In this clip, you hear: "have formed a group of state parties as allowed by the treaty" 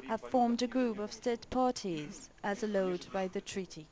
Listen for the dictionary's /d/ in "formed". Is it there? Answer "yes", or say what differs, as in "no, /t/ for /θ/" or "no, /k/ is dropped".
yes